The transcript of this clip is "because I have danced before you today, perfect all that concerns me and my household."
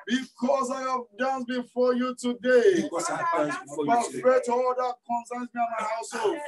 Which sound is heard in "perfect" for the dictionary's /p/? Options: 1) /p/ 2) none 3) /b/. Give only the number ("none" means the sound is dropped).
3